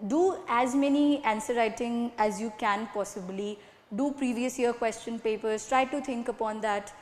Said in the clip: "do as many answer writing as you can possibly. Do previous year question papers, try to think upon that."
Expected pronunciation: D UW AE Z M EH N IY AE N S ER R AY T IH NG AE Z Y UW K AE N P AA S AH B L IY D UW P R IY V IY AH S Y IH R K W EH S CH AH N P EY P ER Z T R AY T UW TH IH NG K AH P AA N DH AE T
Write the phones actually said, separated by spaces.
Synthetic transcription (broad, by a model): D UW AE Z M EH N IY AE N S ER R AY T IH NG AE Z Y UW K AE N P AA S AH B L IY D UW P R IY V IY AH S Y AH R K W EH S CH AH N P EY P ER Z T R AY T UW T IH NG K AH P AA N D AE T